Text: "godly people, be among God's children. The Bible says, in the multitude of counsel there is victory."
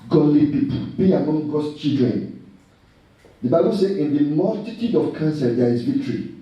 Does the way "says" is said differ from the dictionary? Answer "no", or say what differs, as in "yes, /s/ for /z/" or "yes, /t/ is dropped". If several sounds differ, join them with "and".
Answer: yes, /z/ is dropped